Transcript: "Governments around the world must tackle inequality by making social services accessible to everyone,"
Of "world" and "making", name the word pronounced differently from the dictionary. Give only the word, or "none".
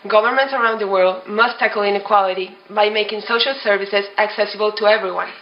none